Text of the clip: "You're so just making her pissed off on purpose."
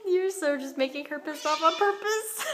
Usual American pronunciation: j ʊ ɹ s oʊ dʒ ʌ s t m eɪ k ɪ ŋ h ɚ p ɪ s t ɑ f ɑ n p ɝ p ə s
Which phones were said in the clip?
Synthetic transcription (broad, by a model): j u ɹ s oʊ dʒ ʌ s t m eɪ k ɪ ŋ h ɚ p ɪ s ɑ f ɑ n p ɝ p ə s